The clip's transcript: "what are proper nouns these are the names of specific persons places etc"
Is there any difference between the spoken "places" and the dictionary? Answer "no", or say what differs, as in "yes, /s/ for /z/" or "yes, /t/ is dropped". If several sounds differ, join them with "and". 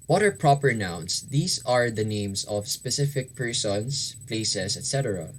yes, /s/ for /z/